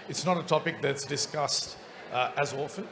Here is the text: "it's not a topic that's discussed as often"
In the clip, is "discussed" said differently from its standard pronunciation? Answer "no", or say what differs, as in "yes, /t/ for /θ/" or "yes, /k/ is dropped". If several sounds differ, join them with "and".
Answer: no